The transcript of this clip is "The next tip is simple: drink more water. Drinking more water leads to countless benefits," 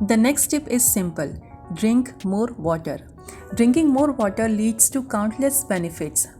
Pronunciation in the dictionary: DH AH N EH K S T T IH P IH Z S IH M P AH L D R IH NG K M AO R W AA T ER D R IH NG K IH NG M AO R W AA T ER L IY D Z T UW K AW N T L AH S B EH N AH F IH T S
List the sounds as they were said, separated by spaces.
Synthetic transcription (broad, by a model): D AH N EH K S T T IH P IH Z S IH M P AH L D R IH NG K M AO R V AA T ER D R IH NG K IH NG M AO R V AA T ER L IY D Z T UW K AW N T L AH S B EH N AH F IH T S